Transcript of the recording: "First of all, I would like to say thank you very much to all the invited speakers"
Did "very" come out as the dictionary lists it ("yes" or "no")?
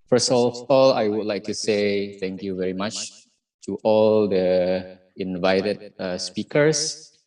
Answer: yes